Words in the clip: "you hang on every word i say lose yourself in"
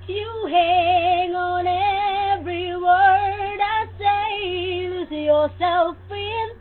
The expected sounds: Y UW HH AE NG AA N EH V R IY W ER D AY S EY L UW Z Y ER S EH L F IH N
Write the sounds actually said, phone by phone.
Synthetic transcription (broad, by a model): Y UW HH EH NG AA N EH V R IY W ER D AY S EY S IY Y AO S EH L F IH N